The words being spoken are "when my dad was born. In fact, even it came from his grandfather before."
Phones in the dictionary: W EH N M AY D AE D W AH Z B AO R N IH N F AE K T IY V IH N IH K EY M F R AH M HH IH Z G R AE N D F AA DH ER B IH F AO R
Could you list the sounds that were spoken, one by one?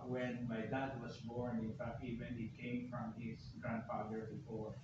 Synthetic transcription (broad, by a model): W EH N M AY D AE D W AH S B AO R N IH N F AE K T IY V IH N IH K EY M F R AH M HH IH S G R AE N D F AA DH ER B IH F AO R